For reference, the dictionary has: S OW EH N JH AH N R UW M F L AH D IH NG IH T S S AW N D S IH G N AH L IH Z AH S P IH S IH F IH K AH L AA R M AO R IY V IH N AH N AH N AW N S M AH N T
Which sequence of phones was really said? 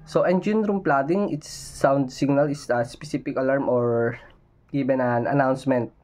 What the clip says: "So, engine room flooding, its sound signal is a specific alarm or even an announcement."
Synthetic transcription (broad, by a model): S OW EH N JH AH N R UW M P L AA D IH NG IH T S S AW N D S IH G N AH L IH S AH S P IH S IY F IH K AH L AA R M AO R IY B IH N AH N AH N AW N S M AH N T